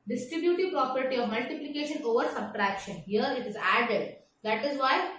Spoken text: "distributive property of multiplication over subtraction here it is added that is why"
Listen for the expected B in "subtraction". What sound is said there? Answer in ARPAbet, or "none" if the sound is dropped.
B